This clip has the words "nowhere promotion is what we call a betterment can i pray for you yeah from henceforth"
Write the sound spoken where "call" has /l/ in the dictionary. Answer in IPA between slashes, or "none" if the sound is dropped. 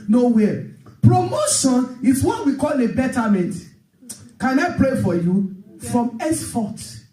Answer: /l/